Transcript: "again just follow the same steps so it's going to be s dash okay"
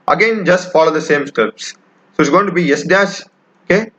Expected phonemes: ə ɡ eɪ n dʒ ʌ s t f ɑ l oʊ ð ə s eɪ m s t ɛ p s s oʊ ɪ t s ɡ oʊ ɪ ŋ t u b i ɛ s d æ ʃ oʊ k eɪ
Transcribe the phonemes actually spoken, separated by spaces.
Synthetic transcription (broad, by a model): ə ɡ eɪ n dʒ ʌ s t f ɑ l oʊ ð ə s eɪ m s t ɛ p s s oʊ ɪ t s ɡ oʊ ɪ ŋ t u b i ɛ s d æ s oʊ k eɪ